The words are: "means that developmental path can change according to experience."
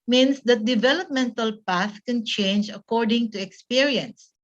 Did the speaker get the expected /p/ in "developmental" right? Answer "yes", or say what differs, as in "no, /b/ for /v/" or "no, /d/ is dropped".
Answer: yes